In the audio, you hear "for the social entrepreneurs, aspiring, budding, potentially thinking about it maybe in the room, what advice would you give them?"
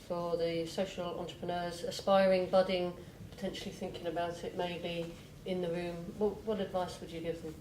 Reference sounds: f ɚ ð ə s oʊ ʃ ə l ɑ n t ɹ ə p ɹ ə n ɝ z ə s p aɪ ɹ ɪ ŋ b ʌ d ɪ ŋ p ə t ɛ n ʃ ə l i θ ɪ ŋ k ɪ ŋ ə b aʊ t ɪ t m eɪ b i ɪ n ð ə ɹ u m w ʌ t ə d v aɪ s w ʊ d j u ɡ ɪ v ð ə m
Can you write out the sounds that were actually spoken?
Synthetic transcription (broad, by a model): f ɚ ð ə s oʊ ʃ ə l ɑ n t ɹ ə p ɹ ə n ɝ z ə s p aɪ ɹ ɪ ŋ b ʌ d ɪ ŋ p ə t ɛ n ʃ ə l i θ ɪ ŋ k ɪ ŋ ə b aʊ t ɪ t m eɪ b i ɪ n ð ə ɹ u m w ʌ t ə d v aɪ s w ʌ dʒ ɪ ɡ ɪ v ð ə m